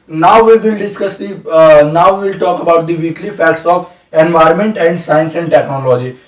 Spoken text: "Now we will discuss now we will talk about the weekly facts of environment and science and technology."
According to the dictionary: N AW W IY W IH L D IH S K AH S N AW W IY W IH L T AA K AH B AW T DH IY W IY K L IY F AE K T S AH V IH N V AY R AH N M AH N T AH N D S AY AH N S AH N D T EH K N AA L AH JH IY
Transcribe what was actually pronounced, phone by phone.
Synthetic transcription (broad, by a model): N AW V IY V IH L D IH S K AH S N AW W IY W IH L T AA K AH B AW T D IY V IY K L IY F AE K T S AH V IH N V AY R AH N M AH N T AH N D S AY AH N S AH N D T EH K N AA L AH JH IY